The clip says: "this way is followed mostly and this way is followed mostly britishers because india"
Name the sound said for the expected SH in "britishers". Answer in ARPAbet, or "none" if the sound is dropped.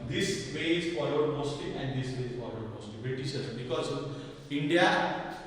S